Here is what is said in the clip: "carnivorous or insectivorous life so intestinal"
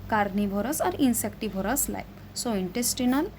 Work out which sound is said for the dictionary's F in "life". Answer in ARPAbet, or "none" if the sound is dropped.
P